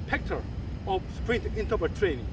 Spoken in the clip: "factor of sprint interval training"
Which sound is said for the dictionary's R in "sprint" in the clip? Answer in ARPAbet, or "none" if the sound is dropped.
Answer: R